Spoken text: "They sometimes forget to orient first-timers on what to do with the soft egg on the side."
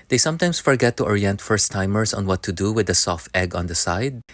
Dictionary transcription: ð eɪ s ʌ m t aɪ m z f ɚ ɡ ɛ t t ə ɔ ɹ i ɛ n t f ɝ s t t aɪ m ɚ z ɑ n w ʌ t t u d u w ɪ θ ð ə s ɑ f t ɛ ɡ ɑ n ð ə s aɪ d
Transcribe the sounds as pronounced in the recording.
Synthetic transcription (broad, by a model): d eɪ s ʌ m t aɪ m s f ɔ ɡ ɛ t t ɔ ɹ i ɛ n t f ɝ s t t aɪ m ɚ s ɑ n w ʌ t t u d u w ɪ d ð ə s ɑ f t ɛ ɡ ɑ n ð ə s aɪ d